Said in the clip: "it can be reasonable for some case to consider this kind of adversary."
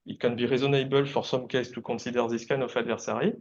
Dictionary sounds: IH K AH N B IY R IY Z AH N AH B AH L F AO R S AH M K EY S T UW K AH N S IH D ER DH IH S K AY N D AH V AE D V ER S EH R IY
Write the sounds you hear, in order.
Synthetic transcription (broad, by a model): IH K AH N B IY R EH Z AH N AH B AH L F AO R S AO M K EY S T UW K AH S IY D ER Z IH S K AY N AH F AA D V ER S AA R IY